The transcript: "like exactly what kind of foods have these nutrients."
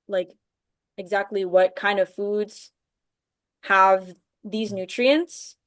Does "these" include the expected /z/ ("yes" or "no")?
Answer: yes